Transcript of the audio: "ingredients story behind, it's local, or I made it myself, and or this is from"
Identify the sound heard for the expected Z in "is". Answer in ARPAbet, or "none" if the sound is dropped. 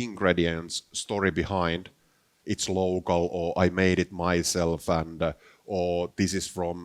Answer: S